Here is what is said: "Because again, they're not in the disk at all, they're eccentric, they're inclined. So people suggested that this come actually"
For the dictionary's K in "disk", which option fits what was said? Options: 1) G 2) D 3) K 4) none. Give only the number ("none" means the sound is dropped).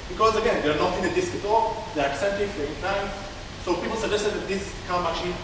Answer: 3